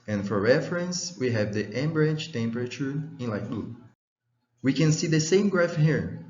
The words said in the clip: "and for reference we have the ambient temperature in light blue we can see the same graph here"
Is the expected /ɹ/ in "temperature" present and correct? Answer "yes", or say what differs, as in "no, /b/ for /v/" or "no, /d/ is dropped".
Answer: yes